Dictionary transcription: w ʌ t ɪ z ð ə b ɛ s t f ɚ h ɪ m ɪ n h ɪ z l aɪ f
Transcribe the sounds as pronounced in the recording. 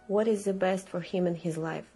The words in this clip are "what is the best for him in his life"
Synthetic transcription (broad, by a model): w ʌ t ɪ z ð ə b ɛ s t f ɚ h ɪ m ɪ n h ɪ z l aɪ f